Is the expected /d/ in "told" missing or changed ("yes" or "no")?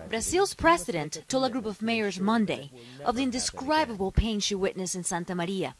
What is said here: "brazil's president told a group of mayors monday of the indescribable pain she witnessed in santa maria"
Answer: yes